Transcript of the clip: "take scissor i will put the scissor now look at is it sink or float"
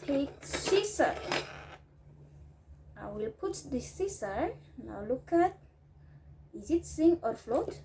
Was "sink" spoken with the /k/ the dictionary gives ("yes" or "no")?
no